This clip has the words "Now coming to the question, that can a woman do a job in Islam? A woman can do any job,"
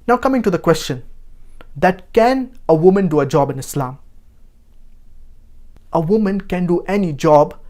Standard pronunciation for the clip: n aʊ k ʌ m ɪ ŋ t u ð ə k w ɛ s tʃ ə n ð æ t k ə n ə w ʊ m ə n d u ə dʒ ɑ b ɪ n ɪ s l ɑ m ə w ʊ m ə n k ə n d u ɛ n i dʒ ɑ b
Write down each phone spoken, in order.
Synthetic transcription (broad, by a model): n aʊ k ʌ m ɪ ŋ t u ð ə k w ɛ s tʃ ə n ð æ t k ə n ə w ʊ m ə n d u ə dʒ ɑ b ɪ n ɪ s l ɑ m ə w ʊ m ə n k ə n d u ɛ n i dʒ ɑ b